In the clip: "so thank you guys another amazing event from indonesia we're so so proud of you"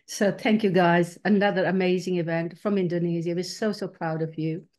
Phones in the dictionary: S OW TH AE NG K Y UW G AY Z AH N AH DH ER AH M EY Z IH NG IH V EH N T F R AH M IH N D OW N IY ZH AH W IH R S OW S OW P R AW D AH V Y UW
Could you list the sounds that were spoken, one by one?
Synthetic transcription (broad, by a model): S OW TH AE NG K Y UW G AY Z AH N AH DH ER AH M EY Z IH NG IH V EH N T F R AH M IH N D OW N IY Z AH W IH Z S OW S OW P R AW D AH V Y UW